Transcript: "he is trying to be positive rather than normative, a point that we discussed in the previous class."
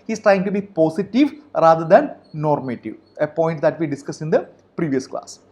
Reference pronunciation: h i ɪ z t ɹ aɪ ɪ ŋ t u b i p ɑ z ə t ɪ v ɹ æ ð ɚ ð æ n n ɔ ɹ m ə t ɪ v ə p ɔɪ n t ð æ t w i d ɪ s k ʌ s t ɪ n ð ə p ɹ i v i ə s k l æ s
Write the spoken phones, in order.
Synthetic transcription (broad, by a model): h i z t ɹ aɪ ɪ ŋ t u b i p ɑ s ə t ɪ v ɹ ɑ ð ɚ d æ n n ɔ ɹ m ə t ɪ v ə p ɔɪ n t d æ t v i d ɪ s k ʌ s ɪ n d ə p ɹ i v i ə s k l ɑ s